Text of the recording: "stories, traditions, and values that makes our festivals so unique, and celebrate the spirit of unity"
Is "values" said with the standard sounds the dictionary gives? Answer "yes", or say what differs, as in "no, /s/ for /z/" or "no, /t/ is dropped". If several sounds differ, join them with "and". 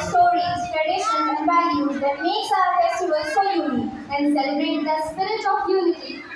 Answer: no, /l/ is dropped